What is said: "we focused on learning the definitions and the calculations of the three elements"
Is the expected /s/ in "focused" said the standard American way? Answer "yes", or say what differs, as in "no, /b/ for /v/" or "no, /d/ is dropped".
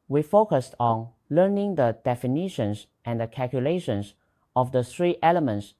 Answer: yes